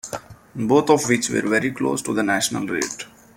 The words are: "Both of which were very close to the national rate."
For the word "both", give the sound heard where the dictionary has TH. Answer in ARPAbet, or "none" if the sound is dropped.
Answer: T